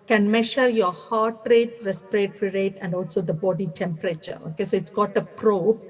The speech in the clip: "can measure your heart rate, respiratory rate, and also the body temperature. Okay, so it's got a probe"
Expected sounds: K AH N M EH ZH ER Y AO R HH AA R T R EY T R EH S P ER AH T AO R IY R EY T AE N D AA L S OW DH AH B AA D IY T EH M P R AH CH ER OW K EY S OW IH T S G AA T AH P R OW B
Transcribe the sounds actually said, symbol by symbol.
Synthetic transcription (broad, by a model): K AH N M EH SH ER Y AO R HH AA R T R EY T R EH S P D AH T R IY R EY T AE N D AA L S OW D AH B AA D IY T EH M P R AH CH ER OW K EY S OW IH T S G AA T AH P R OW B